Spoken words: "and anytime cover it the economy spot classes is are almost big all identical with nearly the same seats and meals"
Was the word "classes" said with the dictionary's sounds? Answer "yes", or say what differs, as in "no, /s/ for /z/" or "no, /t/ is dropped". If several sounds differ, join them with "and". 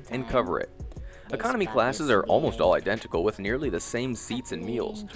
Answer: yes